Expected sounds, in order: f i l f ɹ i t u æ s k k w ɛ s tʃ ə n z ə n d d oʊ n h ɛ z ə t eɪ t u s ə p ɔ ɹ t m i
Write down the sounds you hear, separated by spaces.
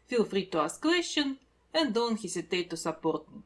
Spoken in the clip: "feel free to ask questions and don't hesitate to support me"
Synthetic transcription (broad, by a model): f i l f ɹ i t u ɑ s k k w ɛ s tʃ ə n ə n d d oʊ n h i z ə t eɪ t u s ə p ɔ ɹ t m